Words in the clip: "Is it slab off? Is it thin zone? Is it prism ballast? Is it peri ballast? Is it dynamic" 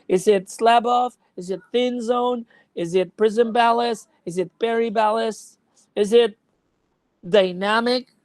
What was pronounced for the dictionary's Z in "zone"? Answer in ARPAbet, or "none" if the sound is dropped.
Z